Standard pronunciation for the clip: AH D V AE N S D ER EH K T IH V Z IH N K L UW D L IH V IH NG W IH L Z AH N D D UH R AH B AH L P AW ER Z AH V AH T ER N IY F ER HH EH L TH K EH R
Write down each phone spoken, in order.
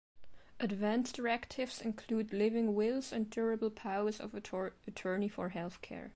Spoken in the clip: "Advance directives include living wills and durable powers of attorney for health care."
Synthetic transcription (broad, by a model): AH D V AE N S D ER EH K T IH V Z IH N K L UW D L IH V IH NG W IH L Z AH N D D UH R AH B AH L P AW ER Z AH V AH T ER N IY F ER HH EH L TH K EH R